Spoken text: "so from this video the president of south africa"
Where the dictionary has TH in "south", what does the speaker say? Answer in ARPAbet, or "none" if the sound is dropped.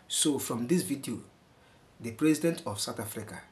T